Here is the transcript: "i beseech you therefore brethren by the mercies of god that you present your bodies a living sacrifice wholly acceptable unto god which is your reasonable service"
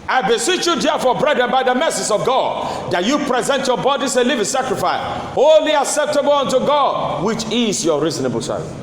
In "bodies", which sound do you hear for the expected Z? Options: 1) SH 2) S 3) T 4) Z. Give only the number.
2